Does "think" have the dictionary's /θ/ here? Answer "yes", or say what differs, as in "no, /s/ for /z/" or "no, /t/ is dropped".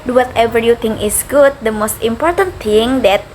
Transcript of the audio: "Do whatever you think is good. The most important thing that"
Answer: no, /t/ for /θ/